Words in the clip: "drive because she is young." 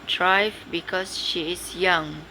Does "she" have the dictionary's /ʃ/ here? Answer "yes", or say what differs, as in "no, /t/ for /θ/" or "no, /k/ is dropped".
yes